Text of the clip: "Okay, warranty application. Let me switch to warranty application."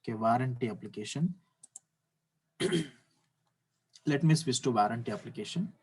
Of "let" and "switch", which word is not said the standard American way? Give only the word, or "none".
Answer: switch